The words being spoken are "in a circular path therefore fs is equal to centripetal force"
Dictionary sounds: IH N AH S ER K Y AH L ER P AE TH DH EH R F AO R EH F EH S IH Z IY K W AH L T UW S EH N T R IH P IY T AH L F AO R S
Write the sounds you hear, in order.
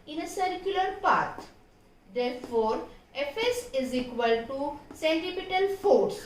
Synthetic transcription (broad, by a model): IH N AH S ER K Y AH L ER P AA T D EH R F AO R EH F EH S IH Z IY K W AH L T UW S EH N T IH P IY T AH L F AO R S